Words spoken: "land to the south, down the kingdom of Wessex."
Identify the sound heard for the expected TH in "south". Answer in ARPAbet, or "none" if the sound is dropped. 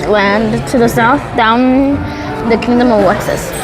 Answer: TH